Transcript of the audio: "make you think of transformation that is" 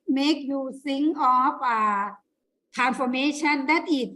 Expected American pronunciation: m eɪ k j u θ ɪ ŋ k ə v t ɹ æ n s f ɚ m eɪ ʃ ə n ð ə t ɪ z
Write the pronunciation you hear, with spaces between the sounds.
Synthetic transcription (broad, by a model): m eɪ k j u s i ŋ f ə t ɹ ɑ n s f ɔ m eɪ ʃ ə n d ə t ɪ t